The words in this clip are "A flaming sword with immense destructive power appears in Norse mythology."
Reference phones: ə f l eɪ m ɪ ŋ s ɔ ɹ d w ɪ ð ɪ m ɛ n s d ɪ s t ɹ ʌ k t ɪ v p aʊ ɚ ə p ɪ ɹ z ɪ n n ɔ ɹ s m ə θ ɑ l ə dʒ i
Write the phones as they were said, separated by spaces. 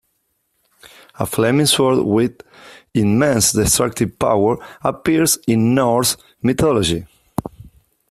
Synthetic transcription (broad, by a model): ə f l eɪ m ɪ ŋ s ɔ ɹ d w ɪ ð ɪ m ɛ n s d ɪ s t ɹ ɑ k t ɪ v p aʊ ɚ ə p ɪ ɹ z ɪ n n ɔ ɹ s m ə t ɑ l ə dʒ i